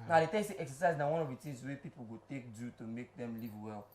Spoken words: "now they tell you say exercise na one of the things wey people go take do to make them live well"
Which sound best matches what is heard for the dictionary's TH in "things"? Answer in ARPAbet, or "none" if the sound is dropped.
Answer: T